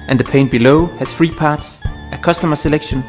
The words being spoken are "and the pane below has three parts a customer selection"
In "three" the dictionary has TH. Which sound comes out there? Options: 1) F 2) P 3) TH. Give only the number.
1